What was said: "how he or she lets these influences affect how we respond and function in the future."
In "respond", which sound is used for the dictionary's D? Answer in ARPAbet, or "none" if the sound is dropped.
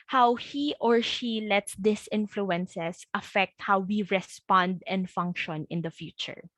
D